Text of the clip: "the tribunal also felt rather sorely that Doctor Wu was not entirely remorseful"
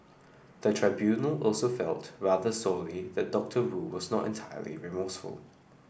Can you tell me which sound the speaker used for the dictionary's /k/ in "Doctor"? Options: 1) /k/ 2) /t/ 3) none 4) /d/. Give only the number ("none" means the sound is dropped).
1